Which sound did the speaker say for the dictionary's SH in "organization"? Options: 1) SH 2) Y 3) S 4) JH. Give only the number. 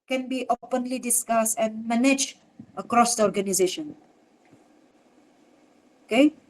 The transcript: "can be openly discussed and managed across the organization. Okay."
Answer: 1